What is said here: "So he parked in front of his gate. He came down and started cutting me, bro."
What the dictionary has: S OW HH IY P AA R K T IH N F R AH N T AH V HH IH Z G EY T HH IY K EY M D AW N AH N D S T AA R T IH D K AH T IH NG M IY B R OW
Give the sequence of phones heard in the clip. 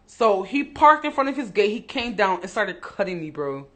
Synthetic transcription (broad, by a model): S OW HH IY P AA R K T IH N F R AH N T AH V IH Z G EY T HH IY K EY M D AW N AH N S T AA R T IH D K AH T IH NG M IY B R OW